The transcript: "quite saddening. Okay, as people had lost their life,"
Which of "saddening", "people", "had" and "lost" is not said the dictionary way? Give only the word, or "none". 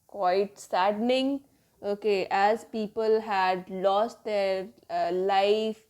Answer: none